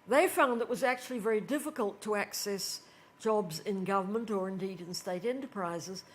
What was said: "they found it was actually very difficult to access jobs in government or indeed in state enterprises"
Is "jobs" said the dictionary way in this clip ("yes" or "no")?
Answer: yes